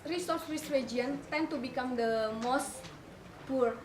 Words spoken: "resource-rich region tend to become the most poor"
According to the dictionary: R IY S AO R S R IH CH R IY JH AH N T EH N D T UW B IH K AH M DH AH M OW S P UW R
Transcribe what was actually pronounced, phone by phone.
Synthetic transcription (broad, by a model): R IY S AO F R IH S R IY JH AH N T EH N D T UW B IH K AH M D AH M OW S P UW R